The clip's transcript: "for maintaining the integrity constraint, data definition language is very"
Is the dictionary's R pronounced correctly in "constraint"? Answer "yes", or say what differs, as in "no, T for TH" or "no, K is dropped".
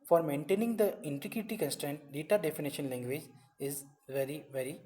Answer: yes